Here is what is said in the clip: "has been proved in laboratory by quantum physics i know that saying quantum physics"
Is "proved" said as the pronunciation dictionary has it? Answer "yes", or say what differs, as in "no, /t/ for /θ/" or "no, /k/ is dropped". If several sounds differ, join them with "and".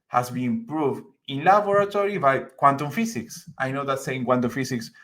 yes